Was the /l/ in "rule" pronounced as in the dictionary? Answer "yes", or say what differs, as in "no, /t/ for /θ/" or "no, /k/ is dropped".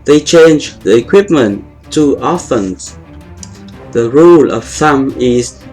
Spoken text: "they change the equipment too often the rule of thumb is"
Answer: yes